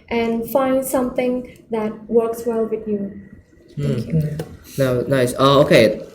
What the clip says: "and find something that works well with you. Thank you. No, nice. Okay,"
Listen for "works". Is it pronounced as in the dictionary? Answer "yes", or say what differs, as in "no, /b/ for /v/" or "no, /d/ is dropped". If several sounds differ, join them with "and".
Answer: yes